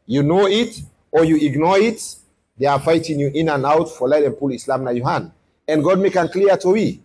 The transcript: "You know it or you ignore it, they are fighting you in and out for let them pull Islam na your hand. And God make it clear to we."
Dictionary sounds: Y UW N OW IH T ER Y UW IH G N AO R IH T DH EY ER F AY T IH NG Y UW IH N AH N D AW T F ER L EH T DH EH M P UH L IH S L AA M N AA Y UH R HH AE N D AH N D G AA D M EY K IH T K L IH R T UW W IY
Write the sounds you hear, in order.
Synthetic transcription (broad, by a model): Y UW N OW IH T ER Y UW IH G N AO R IH T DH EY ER F AY T IH NG Y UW IH N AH N AW T F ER L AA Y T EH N P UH L IH S L AA M N AA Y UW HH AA N AH N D G AA D M EY K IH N K L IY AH T UW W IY